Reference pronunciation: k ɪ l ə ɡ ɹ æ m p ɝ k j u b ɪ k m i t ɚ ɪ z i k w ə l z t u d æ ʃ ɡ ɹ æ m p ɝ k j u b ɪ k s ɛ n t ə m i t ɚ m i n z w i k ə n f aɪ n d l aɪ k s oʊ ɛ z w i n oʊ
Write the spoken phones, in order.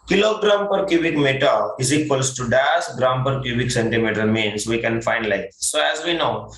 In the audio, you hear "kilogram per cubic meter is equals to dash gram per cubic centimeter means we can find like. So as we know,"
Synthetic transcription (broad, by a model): k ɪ l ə ɡ ɹ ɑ m p ɝ k j u b ɪ k m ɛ t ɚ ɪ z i k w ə l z t u d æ s ɡ ɹ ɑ m p ɝ k j u b ɪ k s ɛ n t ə m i t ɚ m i n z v i k ə n f aɪ n d l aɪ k s oʊ ɛ z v i n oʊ